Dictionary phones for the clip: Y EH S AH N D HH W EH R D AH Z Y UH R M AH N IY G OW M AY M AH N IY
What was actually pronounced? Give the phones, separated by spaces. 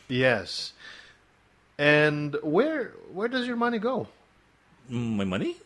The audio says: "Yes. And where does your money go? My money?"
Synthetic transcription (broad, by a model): Y EH S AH N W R W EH R D AH Z Y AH R M AH N IY G OW M AY M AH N IY